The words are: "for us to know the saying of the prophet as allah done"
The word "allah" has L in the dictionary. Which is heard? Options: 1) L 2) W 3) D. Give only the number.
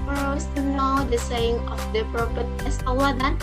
2